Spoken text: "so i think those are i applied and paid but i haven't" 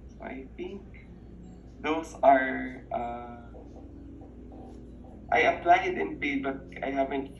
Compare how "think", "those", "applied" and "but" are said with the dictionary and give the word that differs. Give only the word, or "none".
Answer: those